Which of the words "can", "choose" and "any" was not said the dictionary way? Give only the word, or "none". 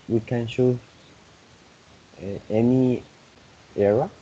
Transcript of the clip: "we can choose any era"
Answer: choose